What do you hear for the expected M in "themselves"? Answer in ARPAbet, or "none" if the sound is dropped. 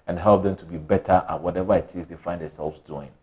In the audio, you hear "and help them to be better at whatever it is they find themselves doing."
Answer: none